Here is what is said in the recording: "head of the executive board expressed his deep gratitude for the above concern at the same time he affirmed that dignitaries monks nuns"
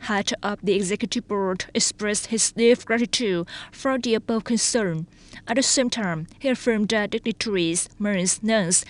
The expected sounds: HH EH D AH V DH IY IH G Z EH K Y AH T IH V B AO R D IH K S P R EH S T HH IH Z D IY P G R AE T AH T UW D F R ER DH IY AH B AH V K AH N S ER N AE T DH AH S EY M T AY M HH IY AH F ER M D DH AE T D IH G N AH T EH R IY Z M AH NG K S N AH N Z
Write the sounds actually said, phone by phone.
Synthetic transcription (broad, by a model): HH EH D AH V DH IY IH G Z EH K Y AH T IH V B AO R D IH K S P R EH S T HH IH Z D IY F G R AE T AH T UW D F R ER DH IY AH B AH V K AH N S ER N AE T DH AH S EY M T AY M HH IY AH F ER M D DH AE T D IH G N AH T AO R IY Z M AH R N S N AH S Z